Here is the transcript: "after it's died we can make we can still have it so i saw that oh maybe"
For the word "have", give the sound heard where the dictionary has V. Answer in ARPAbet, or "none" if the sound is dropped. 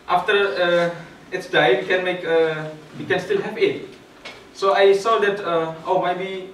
P